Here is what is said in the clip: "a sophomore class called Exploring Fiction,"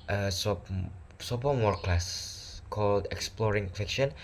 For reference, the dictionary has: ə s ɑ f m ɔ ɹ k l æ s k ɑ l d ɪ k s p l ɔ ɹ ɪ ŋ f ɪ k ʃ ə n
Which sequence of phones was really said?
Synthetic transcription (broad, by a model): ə s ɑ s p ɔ w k l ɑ s k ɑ l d ɪ k s p l ɔ ɹ ɪ ŋ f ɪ k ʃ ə n